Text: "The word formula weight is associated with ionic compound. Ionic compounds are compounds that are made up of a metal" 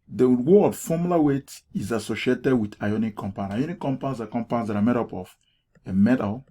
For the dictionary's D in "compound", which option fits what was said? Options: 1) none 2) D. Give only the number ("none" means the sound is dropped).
1